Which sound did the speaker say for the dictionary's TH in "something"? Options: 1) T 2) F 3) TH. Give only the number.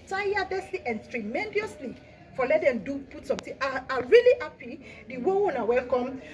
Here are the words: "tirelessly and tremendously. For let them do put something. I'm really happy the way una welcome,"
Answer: 1